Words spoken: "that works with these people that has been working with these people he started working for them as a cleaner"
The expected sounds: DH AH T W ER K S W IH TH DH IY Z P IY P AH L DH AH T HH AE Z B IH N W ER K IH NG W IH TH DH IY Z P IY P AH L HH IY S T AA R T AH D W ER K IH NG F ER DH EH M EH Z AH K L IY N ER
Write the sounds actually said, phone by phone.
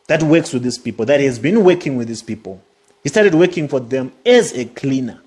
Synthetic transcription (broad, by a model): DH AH T W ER K S W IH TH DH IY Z P IY P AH L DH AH T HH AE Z B IH N W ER K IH NG W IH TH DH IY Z P IY P AH L HH IY S T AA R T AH D W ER K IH NG F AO DH EH M EH Z AH K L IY N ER